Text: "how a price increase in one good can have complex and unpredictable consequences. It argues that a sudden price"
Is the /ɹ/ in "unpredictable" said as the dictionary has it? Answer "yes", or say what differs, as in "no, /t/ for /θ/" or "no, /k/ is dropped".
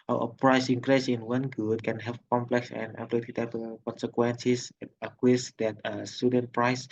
no, /l/ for /ɹ/